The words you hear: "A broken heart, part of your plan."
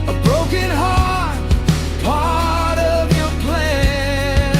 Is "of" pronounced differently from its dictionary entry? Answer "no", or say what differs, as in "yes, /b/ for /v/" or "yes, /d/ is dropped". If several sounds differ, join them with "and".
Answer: no